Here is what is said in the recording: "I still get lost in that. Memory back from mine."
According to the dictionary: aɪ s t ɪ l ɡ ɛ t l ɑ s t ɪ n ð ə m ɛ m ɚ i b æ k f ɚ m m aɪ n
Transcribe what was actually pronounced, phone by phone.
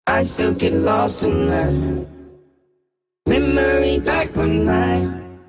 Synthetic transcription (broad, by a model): aɪ s t ɪ l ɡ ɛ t l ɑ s ɪ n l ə m ɛ m ɚ i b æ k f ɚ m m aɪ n